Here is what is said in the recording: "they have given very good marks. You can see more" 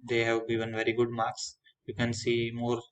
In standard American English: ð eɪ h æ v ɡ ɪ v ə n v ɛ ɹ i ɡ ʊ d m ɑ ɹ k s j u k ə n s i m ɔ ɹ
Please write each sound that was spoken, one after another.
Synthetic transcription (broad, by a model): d eɪ h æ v ɡ ɪ v ə n v ɛ ɹ i ɡ ʊ d m ɑ ɹ k s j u k ə n s i m ɔ ɹ